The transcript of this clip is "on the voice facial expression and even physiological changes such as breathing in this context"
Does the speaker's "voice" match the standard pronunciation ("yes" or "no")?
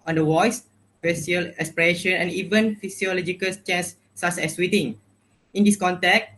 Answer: no